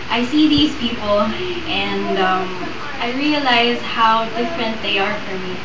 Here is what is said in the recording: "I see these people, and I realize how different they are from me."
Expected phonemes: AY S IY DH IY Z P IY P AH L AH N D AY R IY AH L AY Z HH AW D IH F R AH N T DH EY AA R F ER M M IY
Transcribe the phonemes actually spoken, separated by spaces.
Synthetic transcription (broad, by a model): AY S IY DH IY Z P IY P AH L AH N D AY R IY AH L AY Z HH AW D IH F R AH N T DH EY AA R F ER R M IY